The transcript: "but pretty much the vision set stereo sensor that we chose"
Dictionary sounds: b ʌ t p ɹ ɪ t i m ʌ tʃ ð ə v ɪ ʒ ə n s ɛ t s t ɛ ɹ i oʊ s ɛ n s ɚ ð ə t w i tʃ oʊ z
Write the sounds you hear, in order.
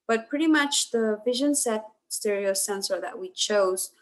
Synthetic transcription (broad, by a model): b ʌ t p ɹ ɪ t i m ʌ tʃ ð ə v ɪ ʒ ə n s ɛ t s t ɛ ɹ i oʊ s ɛ n s ɚ ð ə t w i tʃ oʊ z